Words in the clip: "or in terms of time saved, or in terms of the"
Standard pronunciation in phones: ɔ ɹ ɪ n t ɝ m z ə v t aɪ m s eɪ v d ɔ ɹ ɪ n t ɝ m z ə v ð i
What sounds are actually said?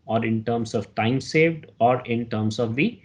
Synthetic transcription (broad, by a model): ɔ ɹ ɪ n t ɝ m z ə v t aɪ m s eɪ v d ɔ ɹ ɪ n t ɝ m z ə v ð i